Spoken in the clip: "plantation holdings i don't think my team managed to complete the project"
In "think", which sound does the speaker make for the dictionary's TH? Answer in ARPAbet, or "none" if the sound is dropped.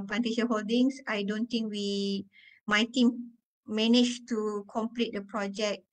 T